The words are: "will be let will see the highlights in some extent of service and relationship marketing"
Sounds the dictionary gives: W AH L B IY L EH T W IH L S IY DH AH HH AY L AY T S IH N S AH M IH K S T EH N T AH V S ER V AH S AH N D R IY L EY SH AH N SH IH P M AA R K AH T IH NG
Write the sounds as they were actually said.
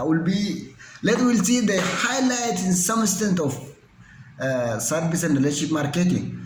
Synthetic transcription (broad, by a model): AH L B IY L EH T W IH L S IY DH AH HH AY L AY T IH N S AH M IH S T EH N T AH F S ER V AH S AH N D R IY L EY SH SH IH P M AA R K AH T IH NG